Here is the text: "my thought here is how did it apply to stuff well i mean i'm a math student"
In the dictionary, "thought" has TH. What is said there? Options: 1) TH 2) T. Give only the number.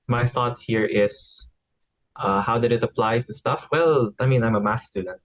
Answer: 1